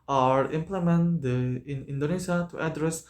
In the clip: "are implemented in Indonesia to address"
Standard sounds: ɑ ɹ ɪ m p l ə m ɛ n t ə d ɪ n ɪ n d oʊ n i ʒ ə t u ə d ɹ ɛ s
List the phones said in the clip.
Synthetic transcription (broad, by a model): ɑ ɹ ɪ m p l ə m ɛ n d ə ɪ n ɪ n d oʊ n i s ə t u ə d ɹ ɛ s